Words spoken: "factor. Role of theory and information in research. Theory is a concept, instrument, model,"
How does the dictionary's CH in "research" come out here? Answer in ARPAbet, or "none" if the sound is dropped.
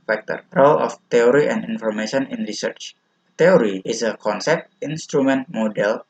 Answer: CH